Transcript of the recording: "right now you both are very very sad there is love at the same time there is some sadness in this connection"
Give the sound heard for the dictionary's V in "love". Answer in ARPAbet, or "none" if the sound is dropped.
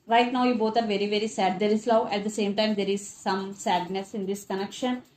none